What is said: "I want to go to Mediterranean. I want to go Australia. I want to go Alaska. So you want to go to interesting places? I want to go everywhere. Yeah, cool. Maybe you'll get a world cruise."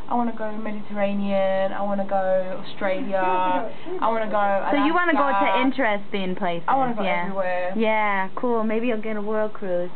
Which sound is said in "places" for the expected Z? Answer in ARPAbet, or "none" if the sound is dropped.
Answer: S